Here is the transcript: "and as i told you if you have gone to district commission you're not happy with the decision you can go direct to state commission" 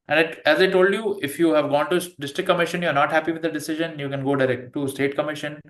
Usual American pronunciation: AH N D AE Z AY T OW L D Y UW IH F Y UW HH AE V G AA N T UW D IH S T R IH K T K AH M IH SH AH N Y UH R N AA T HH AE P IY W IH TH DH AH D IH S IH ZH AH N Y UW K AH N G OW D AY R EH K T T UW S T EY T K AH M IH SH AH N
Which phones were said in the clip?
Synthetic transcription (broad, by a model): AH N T AE Z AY T OW L D Y UW IH F Y UW HH AE V G AA N T UW D IH S T R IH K K AH M IH SH AH N Y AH R N AA T HH AE P IY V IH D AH D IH S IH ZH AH N Y UW K AH N G OW D AY R EH K T T UW S T EY T K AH M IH SH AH N